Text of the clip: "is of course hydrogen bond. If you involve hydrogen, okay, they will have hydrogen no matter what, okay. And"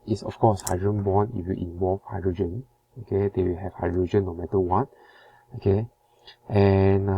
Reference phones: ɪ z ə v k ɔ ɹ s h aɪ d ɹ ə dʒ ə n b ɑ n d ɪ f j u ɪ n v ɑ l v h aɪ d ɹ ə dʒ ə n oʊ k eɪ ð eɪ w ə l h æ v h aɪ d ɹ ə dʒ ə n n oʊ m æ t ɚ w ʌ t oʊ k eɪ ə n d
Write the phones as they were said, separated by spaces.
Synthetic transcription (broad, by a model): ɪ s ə f k ɔ s h aɪ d ɹ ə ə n b ɑ n ɪ f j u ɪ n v ɑ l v h aɪ d ɹ ə dʒ ə n oʊ k eɪ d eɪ w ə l h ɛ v h aɪ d ɹ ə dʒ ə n n oʊ m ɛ t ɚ w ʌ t oʊ k eɪ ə n